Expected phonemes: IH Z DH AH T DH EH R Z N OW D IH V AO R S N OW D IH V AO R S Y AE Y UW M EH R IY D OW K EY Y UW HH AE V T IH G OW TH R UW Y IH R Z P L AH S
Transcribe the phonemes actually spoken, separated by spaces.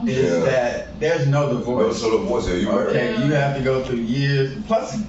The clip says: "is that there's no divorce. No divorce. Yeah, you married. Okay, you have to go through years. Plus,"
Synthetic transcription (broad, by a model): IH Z DH AH T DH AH R Z N OW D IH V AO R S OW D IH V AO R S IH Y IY OW K EY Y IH HH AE F T IH G OW TH R UW Y IH R Z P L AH S